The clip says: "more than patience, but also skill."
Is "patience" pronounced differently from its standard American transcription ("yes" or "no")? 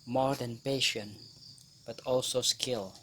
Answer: yes